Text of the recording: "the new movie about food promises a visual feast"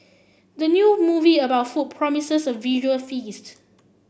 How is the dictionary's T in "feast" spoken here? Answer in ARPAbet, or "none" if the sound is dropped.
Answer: T